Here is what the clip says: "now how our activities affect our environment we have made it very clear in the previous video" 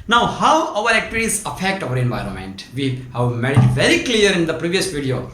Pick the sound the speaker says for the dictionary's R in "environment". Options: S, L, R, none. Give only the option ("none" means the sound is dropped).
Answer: R